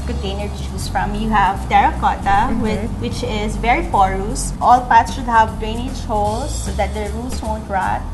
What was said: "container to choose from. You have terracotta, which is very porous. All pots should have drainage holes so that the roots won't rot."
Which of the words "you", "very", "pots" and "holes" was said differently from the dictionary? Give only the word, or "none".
holes